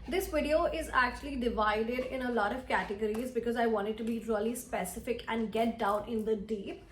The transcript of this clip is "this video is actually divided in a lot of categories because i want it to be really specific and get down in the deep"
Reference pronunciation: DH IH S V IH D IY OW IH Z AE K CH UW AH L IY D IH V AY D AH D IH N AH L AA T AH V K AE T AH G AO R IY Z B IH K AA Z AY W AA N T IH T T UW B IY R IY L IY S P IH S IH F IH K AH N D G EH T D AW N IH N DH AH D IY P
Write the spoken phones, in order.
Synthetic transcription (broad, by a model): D IH S V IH D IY OW IH Z AE K CH UW AH L IY D IH V AY D AH D IH N AH L AA T AH V K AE T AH G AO R IY Z B IH K AA Z AY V AA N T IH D T UW B IY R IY L IY S P IH S IH F IH K AH N D G EH T D AW N IH N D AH D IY P